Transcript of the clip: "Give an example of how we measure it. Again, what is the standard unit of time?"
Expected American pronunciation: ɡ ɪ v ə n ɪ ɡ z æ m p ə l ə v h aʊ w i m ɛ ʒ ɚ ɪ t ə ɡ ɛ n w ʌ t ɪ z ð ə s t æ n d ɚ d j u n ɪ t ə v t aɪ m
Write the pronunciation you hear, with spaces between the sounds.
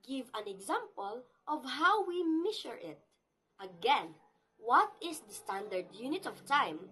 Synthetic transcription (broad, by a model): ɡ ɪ v ə n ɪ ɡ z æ m p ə l ə v h aʊ w i m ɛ ʃ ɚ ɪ t ə ɡ ɛ n w ʌ t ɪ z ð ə s t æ n d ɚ d j u n ɪ t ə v t aɪ m